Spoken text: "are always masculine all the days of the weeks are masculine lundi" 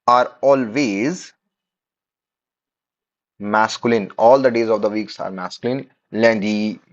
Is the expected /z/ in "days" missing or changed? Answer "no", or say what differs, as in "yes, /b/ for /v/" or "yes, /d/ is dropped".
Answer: no